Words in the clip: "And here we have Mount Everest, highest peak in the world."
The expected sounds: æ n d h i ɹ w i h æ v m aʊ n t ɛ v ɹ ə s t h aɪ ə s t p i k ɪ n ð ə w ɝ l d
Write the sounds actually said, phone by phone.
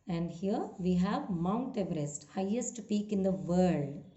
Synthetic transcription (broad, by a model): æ n d h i ɹ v i h æ v m aʊ n t ɛ v ɹ ə s t h aɪ ə s t p i k ɪ n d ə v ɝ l d